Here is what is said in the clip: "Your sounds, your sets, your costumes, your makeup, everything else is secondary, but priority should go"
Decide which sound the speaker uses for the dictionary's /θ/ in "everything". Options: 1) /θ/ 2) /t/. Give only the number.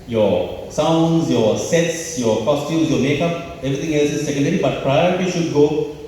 2